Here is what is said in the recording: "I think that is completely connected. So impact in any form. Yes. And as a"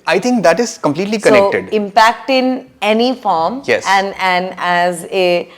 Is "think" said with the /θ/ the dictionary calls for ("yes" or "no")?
no